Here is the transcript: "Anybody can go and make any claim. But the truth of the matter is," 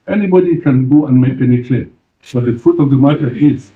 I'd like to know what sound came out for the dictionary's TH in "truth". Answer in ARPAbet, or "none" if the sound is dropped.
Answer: T